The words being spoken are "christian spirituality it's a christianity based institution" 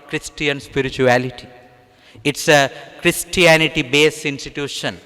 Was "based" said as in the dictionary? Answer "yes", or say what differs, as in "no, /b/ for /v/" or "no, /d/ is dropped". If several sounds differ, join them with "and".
no, /t/ is dropped